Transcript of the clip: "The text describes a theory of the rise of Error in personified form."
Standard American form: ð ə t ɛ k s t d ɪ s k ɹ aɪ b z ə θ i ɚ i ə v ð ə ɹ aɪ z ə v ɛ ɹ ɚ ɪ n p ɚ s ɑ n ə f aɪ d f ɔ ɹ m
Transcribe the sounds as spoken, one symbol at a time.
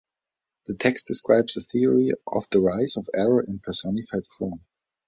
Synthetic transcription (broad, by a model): ð ə t ɛ k s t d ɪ s k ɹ aɪ b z ə θ i ɚ i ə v ð ə ɹ aɪ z ə v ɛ ɹ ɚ ɪ n p ɚ s ɑ n ə f aɪ d f ɔ ɹ m